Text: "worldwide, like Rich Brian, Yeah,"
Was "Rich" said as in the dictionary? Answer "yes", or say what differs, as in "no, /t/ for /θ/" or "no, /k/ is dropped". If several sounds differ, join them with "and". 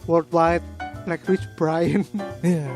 no, /w/ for /ɹ/